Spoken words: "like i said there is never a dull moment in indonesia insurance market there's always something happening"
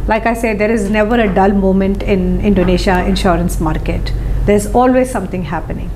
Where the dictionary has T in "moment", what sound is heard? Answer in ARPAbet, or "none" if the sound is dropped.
T